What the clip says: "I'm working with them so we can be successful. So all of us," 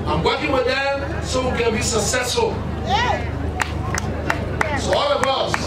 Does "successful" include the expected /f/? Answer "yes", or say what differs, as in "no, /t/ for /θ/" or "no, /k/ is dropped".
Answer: no, /f/ is dropped